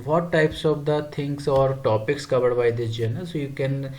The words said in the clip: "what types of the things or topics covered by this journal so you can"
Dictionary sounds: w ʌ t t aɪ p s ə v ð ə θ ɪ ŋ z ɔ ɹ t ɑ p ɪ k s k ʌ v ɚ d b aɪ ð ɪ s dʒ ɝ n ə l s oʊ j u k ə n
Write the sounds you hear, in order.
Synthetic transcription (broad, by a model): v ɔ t t aɪ p s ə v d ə t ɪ ŋ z ɔ ɹ t ɑ p ɪ k s k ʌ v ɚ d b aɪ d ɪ dʒ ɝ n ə s oʊ j u k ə n